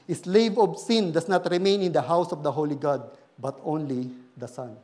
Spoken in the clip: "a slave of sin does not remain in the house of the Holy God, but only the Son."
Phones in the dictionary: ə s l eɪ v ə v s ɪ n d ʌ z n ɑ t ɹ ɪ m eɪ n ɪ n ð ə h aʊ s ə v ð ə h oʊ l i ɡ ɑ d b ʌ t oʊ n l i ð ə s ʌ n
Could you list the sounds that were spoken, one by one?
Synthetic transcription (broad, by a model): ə s l eɪ v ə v s ɪ n d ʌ s n ɑ t ɹ ɪ m eɪ n ɪ n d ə h aʊ s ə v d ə h oʊ l i ɡ ɑ d b ʌ t oʊ n l i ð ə s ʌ n